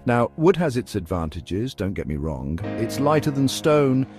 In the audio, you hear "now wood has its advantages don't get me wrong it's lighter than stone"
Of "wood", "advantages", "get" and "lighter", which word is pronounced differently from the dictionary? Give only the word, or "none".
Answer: none